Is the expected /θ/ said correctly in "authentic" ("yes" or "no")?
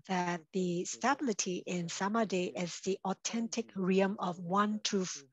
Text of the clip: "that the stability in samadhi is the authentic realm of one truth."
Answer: no